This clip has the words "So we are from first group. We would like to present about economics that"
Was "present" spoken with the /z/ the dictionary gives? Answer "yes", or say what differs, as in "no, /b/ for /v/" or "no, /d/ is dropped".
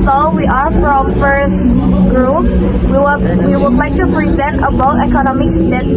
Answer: yes